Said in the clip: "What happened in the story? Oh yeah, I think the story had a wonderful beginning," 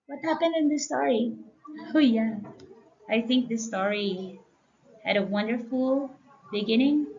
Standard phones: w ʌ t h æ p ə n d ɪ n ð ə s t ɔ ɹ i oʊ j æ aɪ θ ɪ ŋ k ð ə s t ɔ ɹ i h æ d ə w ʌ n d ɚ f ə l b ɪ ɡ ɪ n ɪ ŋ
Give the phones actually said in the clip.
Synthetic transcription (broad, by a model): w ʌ t h æ p ə n d ɪ n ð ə s t ɔ ɹ i oʊ j æ aɪ θ ɪ ŋ k ð ə s t ɔ ɹ i h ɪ d ə w ʌ n d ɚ f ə l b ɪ ɡ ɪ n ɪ ŋ